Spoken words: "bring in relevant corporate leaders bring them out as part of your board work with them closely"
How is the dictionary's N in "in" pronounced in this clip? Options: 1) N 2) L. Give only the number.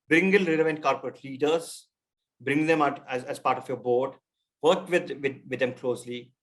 2